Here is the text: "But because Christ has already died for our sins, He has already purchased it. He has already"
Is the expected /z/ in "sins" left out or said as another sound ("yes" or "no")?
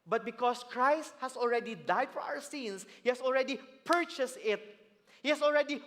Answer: yes